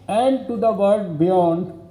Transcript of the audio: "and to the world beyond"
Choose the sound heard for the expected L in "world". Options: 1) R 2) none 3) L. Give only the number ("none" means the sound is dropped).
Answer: 2